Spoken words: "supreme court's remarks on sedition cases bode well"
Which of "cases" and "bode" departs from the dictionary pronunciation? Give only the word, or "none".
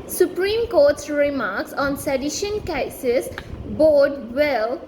cases